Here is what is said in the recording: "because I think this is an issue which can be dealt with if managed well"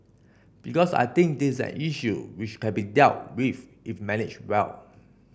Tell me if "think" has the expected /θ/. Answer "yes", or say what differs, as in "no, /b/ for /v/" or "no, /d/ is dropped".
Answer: no, /t/ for /θ/